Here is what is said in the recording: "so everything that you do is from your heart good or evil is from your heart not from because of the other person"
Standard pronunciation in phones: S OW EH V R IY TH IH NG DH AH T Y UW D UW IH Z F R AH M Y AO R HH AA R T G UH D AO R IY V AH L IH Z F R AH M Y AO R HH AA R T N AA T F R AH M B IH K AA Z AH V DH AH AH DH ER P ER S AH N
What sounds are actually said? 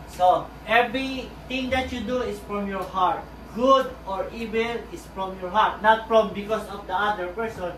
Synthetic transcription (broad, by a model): S OW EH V R IY T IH NG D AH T Y UW D UW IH S F R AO M Y AO R HH AA R T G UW D AO R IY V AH L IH S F R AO M Y AO R HH AA R T N AA T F R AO M B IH K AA S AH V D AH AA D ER P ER S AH N